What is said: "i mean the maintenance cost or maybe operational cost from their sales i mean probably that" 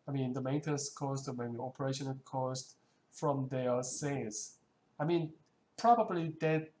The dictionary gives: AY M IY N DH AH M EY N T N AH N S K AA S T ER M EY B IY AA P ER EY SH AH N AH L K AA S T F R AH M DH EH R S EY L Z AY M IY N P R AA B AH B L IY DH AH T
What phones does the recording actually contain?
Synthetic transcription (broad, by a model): AY M IY N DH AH M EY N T AH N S K AA S T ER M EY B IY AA P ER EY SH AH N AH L K AA S T F R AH M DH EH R S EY Z AY M IY N P R AA B AH B L IY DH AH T